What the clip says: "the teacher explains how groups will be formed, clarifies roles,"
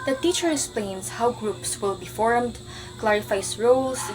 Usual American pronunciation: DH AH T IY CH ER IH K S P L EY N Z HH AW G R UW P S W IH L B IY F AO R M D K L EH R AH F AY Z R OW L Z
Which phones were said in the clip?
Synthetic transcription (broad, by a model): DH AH T IY CH ER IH K S P L EY N S HH AW G R UW P S W IH L B IY F AO R M D K L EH R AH F AY S R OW L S